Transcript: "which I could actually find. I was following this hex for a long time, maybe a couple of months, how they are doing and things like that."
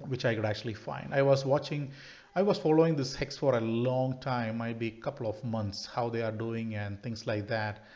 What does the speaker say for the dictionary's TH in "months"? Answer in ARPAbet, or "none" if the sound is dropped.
T